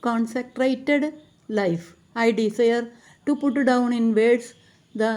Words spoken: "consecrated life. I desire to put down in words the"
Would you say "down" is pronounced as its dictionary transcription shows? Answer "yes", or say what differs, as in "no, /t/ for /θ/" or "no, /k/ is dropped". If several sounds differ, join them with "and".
yes